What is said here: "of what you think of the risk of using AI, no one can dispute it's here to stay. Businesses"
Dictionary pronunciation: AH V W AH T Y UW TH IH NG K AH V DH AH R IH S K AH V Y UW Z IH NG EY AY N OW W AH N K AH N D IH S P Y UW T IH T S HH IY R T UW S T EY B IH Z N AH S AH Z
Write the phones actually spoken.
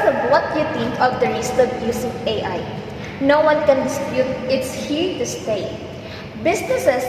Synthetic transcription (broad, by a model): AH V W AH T Y UW T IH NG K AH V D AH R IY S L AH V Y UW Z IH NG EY AY N OW W AH N K AH N D IH S P Y UW T IH T S HH IY R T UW S T EY B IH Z N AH S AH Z